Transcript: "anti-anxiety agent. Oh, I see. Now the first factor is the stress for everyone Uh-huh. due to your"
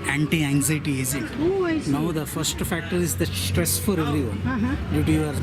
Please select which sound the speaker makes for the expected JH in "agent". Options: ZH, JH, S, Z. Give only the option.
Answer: Z